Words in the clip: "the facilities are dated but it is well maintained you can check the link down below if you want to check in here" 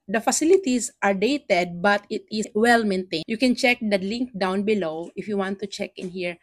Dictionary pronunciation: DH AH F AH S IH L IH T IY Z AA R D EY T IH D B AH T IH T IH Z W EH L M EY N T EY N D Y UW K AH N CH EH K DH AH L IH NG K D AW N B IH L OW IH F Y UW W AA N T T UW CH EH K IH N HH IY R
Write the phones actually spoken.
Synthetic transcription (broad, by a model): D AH F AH S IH L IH T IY S AA R D EY T IH D B AH T IH T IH W EH L M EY N T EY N Y UW K AH N CH EH K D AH L IH NG K D AW N B IH L OW IH F Y UW W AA N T T UW CH EH K IH N HH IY R